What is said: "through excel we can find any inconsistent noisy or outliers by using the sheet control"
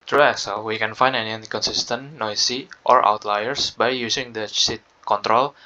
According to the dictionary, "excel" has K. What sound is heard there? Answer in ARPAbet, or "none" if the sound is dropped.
none